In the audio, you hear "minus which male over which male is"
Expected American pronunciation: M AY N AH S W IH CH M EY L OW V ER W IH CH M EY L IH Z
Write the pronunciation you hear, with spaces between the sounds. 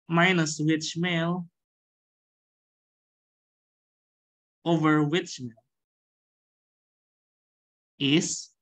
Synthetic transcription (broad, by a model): M AY N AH S W IH CH M EY L OW V ER W IH CH M EY L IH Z